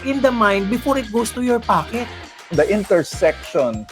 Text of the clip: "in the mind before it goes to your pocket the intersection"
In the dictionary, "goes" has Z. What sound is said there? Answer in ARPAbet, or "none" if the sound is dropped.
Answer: S